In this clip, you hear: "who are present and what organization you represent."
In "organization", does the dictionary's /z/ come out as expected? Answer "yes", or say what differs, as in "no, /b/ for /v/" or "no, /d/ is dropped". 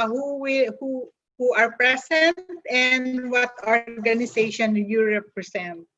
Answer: no, /s/ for /z/